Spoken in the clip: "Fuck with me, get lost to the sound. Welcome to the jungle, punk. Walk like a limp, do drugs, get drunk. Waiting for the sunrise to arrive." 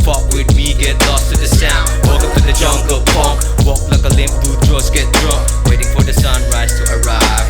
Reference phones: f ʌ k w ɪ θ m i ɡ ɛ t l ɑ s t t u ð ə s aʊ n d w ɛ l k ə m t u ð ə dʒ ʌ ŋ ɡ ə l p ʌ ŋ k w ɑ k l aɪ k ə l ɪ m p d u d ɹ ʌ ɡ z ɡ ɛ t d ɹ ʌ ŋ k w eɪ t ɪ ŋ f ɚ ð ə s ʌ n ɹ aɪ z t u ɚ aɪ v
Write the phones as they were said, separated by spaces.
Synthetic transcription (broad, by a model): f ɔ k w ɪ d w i ɡ ɛ t l ɑ s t t u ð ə s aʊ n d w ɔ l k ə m t u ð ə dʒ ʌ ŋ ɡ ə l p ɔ k w ɑ k l aɪ k ə l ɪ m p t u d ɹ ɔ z ɡ ɛ t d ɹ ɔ k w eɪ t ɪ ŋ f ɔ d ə s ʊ n ɹ aɪ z t u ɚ aɪ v